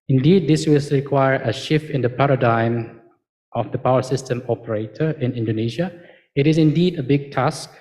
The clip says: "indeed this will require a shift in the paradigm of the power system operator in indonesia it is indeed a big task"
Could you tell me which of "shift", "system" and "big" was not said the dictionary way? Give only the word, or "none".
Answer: none